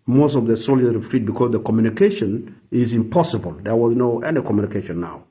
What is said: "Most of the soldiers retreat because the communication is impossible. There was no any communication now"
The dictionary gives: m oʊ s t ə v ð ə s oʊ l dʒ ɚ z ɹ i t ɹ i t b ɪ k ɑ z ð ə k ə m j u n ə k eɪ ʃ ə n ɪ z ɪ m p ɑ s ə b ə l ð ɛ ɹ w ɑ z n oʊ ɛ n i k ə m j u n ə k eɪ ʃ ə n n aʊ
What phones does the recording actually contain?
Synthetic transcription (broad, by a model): m oʊ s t ə v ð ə s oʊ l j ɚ ɹ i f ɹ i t b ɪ k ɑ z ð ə k ə m j u n ə k eɪ ʃ ə n ɪ z ɪ m p ɑ s ə b ə l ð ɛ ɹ w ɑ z n oʊ ɛ n i k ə m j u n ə k eɪ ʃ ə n n aʊ